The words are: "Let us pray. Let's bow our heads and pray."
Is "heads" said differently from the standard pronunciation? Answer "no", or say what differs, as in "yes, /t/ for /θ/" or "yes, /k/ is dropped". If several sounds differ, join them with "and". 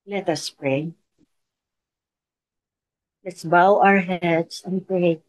yes, /s/ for /z/